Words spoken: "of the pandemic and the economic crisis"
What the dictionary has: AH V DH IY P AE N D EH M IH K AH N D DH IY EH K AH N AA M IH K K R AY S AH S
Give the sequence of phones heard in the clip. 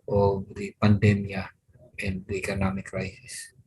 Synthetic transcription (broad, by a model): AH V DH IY P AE N D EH M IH AH N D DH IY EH K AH N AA M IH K K R AY S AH S